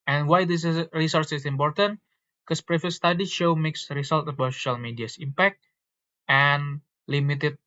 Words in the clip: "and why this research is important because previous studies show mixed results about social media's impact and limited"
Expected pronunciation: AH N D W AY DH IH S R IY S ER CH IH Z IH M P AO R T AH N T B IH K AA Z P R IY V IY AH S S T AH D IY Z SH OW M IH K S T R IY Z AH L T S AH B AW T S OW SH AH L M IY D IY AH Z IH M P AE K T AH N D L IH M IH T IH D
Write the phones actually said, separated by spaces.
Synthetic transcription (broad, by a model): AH N W AY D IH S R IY S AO S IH S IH M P AO R T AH N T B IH K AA S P R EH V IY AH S S T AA D IY SH OW M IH K S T R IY S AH L T AH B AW T S OW SH AH L M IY D IY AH S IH M P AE K T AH N L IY M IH T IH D